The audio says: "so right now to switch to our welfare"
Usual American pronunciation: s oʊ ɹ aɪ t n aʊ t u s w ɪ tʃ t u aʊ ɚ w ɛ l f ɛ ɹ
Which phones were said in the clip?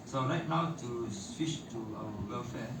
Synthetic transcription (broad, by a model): s oʊ ɹ aɪ t n aʊ t u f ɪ ʃ t u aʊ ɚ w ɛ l f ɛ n